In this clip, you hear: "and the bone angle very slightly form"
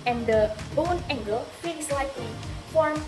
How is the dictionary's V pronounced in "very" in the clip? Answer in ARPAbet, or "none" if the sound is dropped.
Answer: F